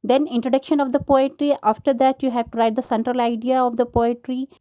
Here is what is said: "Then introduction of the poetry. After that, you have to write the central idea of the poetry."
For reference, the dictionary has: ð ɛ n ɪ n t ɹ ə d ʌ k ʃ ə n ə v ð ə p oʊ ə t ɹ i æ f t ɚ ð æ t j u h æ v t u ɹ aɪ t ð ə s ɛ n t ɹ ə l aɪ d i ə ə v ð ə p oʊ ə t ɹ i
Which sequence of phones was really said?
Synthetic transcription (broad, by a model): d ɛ n ɪ n t ɹ ə d ʌ k ʃ ə n ə v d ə p oʊ ə t ɹ i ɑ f t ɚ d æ t j u h æ v t u ɹ aɪ t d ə s ɛ n t ɹ ə l aɪ d i ə ə v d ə p oʊ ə t ɹ i